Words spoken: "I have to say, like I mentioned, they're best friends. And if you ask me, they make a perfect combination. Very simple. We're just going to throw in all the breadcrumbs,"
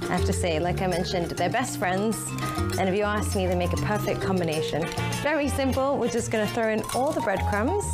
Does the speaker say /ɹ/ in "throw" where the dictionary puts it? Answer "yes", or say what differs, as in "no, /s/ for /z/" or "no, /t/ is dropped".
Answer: yes